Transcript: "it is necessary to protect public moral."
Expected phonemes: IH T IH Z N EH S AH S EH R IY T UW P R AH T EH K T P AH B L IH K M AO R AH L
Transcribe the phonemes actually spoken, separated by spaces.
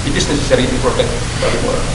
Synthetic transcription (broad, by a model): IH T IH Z N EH S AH S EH R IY T UW P R AH T EH K T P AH L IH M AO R